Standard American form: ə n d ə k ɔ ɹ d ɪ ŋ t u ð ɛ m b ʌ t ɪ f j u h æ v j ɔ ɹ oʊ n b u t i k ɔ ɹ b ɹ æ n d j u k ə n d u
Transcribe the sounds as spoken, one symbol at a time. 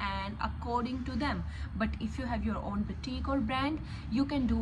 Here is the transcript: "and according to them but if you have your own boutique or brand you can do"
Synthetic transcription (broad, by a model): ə n d ə k ɔ ɹ d ɪ ŋ t u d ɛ m b ʌ t ɪ f j u h æ v j ɔ ɹ oʊ n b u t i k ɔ l b ɹ æ n d j u k ə n d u